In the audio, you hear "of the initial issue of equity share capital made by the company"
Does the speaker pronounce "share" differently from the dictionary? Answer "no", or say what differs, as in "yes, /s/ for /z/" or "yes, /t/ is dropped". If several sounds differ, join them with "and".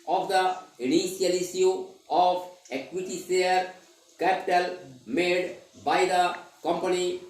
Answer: yes, /s/ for /ʃ/